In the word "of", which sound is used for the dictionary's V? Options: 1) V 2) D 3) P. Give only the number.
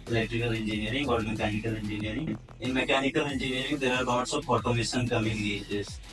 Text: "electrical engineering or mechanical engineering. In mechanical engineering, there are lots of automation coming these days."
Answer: 3